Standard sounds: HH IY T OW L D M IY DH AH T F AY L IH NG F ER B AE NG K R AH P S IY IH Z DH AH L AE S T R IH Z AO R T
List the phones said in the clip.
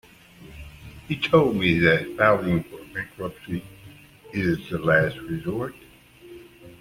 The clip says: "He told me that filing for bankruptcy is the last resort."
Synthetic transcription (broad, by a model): HH IY T OW L D M IY DH AH T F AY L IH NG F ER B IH K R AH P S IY IH Z DH AH L AE S T R IH Z AO R T